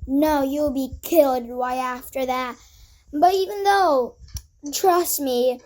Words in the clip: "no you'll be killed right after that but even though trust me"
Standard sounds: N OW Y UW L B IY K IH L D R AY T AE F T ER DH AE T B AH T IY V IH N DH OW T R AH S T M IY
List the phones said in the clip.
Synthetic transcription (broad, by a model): N OW Y UW L B IY K IH L D W AY AE F T ER DH AE T B AH T IY V IH N DH OW T R AH S T M IY